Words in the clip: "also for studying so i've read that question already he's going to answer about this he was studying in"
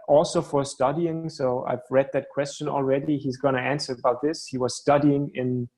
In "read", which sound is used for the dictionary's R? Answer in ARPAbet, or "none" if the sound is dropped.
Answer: R